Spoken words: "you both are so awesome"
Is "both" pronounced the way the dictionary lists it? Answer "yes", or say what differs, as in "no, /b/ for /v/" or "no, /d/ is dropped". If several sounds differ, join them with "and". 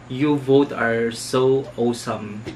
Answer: no, /t/ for /θ/